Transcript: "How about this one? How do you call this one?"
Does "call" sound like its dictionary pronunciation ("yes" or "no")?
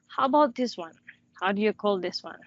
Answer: yes